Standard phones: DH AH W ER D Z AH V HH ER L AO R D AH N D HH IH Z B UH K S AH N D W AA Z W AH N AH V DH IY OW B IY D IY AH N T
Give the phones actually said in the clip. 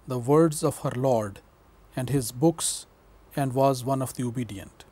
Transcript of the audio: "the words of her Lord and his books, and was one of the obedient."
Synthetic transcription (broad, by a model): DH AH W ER D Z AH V HH ER L AO R D AH N D HH IH Z B UH K S AH N D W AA Z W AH N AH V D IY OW B IY D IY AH N T